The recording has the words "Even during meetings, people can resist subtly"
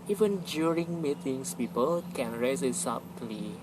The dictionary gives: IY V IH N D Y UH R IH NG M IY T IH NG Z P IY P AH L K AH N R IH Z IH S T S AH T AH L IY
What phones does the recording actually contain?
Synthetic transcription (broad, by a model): IY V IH N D Y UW R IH NG M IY T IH NG S P IY P AH L K AH N R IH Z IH T S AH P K L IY